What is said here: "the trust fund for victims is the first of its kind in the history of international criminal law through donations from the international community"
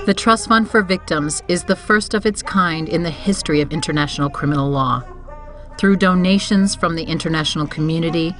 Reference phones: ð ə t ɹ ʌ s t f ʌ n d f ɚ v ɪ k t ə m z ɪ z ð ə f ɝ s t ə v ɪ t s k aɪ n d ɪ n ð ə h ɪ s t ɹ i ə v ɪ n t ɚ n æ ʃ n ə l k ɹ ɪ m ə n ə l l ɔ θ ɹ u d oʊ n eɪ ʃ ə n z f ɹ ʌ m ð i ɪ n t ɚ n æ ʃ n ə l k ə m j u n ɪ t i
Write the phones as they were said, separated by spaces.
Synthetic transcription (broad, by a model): ð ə t ɹ ʌ s t f ʌ n d f ɚ v ɪ k t ə m z ɪ z ð ə f ɝ s t ə v ɪ t s k aɪ n d ɪ n ð ə h ɪ s t ɹ i ə v ɪ n t ɚ n æ ʃ n l k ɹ ɪ m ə n l l ɔ θ ɹ u d oʊ n eɪ ʃ ə n z f ɹ ʌ m ð i ɪ n t ɚ n æ ʃ n l k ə m j u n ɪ t i